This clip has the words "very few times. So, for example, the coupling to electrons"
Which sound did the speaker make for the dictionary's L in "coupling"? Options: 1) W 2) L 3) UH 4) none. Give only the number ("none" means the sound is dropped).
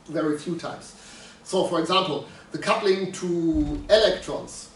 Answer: 2